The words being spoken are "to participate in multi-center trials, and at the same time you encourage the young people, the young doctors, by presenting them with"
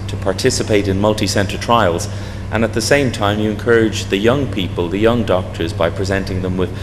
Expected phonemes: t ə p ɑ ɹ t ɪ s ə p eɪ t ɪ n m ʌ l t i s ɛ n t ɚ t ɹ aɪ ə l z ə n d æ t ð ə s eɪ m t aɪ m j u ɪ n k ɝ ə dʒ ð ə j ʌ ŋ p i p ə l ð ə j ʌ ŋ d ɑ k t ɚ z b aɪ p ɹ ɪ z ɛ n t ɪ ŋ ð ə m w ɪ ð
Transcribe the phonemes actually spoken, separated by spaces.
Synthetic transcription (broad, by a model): t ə p ɑ ɹ t ɪ s ə p eɪ t ɪ n m ʌ l t i s ɛ n t ɚ t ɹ aɪ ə l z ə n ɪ t ð ə s eɪ m t aɪ m j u ɪ n k ɝ ə dʒ ð ə j ʌ ŋ p i p ə l ð ə j ʌ ŋ d ɑ k t ɚ z b aɪ p ɹ ɪ z ɛ n t ɪ ŋ ð ə m w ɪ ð